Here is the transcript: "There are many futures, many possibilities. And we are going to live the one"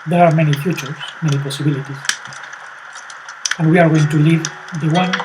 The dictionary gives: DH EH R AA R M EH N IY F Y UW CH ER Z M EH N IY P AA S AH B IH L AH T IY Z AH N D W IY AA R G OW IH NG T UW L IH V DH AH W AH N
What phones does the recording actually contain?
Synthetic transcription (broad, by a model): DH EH R AA R M EH N IY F Y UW CH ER S M EH N IY P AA S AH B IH L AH T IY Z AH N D W IY AA R G OW IH NG T UW L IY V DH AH W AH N